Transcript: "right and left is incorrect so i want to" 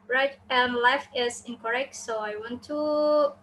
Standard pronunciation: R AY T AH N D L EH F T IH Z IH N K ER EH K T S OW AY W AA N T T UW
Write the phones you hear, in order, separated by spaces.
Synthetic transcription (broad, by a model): R AY T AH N L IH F IH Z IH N K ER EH K T S OW AY W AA N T T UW